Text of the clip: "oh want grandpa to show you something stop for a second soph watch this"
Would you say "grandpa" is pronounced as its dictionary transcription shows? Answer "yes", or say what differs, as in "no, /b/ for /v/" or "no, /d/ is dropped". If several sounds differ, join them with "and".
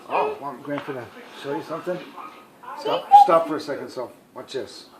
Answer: no, /f/ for /p/